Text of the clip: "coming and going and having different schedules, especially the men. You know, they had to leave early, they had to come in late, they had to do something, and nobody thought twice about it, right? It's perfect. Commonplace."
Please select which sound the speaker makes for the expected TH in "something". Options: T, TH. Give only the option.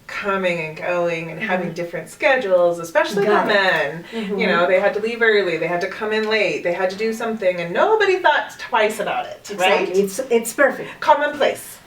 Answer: TH